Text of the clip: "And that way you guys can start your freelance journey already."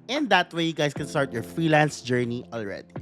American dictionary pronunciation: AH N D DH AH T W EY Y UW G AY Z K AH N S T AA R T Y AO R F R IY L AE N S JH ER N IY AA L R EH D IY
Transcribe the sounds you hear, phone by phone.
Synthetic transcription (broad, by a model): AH N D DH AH T W EY Y UW G AY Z K AH N S T AA R T Y AO R F R IY L AE N S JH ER N IY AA L R EH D IY